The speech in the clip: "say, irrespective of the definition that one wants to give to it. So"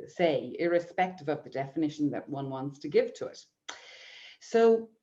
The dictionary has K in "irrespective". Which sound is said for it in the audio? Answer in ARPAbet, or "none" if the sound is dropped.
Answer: K